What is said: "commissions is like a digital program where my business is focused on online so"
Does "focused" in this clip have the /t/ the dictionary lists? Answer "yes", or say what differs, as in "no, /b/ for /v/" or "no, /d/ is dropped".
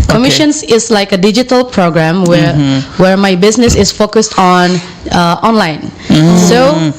yes